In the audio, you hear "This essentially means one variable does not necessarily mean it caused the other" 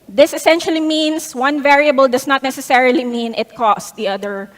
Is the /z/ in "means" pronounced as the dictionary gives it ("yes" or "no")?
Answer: no